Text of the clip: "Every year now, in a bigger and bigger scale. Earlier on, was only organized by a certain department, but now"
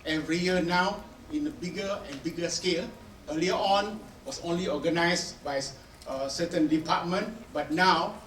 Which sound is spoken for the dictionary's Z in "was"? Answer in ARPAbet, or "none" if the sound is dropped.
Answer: S